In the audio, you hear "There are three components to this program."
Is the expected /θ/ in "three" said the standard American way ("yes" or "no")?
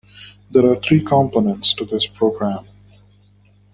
no